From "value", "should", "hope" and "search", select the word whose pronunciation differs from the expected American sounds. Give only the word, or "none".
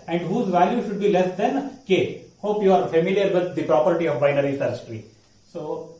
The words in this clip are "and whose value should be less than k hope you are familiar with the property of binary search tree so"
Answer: search